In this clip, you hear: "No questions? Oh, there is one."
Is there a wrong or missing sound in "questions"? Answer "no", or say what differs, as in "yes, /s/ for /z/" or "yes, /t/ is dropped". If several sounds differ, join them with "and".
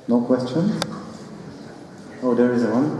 yes, /z/ is dropped